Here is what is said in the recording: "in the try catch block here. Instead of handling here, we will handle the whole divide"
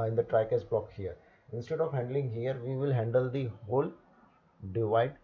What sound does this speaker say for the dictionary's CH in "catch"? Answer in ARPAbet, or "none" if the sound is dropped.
S